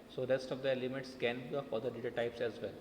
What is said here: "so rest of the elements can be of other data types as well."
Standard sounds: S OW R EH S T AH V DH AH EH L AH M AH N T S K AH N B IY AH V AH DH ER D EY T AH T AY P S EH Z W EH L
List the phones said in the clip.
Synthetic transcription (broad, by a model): S OW R EH S T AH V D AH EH L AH M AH T S K AH N B IY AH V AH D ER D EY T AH T AY P S EH Z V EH L